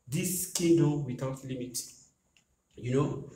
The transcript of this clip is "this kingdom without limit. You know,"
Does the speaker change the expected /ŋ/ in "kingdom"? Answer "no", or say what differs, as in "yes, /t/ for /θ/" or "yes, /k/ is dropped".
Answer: yes, /ŋ/ is dropped